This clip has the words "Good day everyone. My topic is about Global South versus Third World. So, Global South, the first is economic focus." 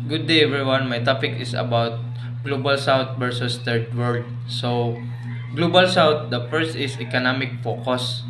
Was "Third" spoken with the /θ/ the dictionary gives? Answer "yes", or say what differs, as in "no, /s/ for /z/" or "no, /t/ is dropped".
no, /t/ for /θ/